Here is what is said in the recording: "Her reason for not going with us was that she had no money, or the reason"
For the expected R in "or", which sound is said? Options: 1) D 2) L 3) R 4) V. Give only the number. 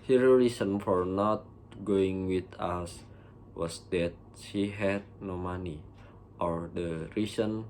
3